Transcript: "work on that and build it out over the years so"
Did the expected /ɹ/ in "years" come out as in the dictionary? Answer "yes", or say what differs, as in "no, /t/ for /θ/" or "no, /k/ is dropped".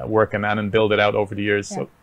yes